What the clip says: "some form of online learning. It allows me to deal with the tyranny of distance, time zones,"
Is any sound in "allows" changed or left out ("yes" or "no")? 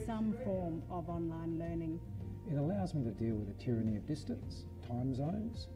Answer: no